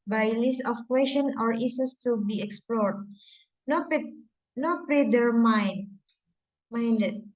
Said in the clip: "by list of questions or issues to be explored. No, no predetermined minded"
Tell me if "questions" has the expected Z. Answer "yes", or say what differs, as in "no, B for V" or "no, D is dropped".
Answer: no, Z is dropped